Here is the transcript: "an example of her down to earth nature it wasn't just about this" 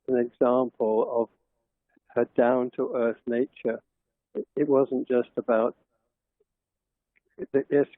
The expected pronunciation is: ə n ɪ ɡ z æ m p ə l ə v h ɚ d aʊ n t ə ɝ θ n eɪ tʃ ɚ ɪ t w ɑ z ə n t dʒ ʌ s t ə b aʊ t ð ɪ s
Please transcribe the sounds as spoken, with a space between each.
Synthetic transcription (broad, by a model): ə n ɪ ɡ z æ m p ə l ə v h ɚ d aʊ n t ə ɝ θ n eɪ tʃ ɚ ɪ t w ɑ z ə n dʒ ʌ s t ə b aʊ t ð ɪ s